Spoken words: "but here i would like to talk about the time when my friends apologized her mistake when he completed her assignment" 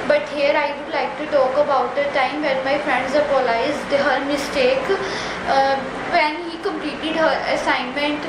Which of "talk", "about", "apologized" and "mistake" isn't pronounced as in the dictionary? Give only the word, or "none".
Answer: apologized